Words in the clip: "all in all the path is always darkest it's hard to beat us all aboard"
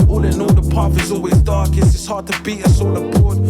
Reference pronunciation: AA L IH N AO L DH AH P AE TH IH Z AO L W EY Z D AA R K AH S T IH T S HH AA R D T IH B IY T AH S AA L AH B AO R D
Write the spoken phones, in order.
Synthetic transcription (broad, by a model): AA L IH N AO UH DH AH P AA F IH Z AO L W EY Z D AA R K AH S IH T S HH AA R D T IH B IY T AH S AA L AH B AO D